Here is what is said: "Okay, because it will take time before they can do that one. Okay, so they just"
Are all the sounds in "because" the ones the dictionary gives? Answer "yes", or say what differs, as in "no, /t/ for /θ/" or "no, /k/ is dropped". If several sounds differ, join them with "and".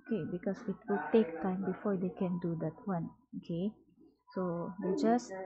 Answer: no, /s/ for /z/